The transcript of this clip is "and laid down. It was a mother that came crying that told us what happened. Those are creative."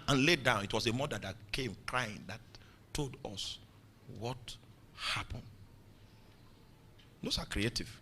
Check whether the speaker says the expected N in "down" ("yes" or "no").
yes